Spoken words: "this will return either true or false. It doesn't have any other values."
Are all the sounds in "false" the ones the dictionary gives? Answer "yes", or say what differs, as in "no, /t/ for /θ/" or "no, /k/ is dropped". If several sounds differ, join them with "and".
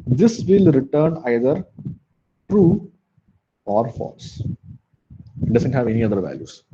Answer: yes